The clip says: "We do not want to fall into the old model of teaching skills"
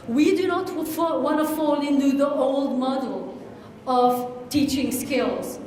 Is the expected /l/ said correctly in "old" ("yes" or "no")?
yes